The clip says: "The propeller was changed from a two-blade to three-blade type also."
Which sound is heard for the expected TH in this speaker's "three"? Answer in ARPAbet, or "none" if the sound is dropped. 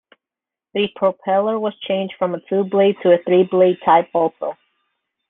TH